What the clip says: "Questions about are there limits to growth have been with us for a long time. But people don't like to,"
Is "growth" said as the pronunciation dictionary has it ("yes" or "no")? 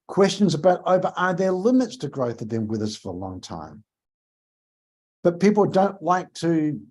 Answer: yes